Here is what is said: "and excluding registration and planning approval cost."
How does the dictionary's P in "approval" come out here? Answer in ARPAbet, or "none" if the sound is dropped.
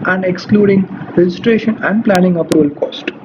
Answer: P